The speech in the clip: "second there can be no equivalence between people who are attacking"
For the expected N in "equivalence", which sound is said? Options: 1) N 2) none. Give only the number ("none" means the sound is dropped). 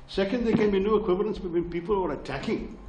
1